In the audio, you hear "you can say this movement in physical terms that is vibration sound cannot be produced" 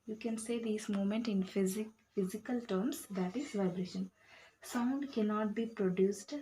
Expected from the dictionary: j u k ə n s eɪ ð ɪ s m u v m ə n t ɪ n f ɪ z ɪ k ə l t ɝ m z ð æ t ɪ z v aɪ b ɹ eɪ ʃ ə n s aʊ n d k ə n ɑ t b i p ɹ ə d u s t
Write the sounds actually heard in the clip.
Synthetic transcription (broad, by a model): j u k ə n s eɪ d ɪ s m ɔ m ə n t ɪ n f ɪ z ɪ k ə l t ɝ m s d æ t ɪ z v aɪ b ɹ eɪ ʃ ə n s aʊ n d k ə n ɑ t b i p ɹ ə d u s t